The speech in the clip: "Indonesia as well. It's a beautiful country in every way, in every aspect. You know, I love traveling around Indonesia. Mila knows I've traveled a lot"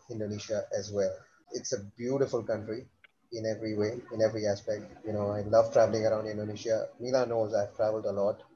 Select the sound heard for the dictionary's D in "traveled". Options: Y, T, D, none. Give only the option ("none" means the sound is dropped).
D